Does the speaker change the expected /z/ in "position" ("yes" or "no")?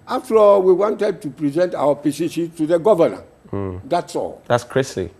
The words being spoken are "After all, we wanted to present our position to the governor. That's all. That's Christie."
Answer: yes